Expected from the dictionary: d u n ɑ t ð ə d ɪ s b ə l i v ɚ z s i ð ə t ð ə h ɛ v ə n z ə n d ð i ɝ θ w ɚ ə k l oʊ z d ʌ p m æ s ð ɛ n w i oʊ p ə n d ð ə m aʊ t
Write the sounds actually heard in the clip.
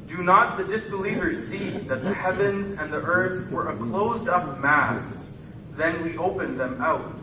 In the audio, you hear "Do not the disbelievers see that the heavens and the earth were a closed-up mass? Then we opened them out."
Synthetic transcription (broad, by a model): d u n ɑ t ð ə d ɪ s b ə l i v ɚ z s i ð ə t ð ə h ɛ v ə n z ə n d ð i ɝ θ w ɚ ə k l oʊ z d ʌ p m æ s ð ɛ n w i oʊ p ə n ð ə m aʊ t